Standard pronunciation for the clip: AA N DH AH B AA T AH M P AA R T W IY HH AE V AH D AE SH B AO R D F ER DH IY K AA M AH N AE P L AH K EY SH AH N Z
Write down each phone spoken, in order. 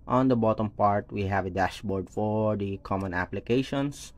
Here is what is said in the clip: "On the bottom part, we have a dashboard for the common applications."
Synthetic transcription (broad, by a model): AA N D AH B AA T AH M P AA R T W IY HH AE V AH D AE SH B AO R D F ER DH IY K AA M AH N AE P L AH K EY SH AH N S